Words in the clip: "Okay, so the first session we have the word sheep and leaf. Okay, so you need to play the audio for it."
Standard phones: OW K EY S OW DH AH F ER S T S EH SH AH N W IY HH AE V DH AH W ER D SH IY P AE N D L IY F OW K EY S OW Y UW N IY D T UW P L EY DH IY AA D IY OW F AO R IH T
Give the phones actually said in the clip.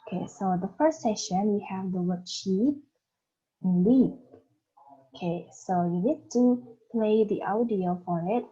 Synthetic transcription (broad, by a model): K EY S OW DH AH F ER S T S EH SH AH N W IY HH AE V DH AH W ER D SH IY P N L IY P OW K EY S OW Y UW N IY D T UW P L EY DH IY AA D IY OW F AO R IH T